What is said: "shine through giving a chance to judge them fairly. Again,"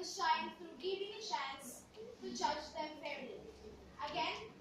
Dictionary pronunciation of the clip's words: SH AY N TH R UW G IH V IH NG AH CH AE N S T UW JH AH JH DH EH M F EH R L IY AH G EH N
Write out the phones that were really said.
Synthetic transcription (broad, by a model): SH AY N T R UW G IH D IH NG AH SH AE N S T UW JH AH JH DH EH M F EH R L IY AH G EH N